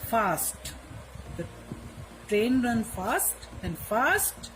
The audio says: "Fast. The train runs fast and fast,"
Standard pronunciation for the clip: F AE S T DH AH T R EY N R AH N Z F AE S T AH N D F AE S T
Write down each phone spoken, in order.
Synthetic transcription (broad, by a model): F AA S T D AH T R EY N R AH N F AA S T AH N D F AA S T